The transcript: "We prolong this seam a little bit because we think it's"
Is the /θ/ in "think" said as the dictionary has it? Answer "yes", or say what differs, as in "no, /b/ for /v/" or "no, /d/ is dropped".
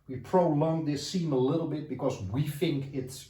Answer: yes